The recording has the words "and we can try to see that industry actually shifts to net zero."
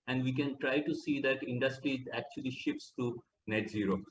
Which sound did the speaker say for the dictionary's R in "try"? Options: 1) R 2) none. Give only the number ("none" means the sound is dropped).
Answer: 1